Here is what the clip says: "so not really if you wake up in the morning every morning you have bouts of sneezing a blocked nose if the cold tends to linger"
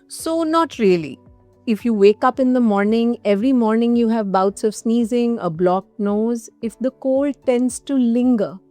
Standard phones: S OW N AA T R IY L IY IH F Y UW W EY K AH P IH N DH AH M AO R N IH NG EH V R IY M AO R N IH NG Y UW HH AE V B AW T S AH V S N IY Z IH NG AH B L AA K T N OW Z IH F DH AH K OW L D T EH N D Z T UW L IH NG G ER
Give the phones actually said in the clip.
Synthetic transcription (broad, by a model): S OW N AA T R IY L IY IH F Y UW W EY K AH P IH N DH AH M AO R N IH NG EH V R IY M AO R N IH NG Y UW HH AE V B AW T S AH V S N IY Z IH NG AH B L AA K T N OW Z IH F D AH K OW L T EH N D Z T UW L IH NG G ER